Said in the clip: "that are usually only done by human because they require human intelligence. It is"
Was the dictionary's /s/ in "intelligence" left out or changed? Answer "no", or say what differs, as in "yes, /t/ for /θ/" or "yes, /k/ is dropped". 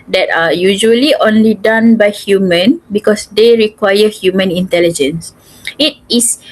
no